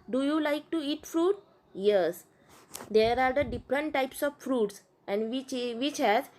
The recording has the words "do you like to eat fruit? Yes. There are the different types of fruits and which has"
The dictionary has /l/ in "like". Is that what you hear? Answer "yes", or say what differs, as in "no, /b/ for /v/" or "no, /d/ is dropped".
yes